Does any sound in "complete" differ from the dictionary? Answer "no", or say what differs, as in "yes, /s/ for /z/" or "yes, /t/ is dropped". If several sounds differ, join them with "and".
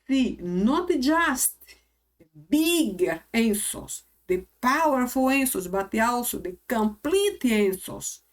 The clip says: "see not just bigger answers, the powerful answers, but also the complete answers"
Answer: no